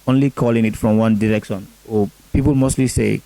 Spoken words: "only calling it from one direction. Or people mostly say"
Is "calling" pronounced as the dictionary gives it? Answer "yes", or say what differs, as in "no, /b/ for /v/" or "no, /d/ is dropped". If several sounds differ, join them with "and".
yes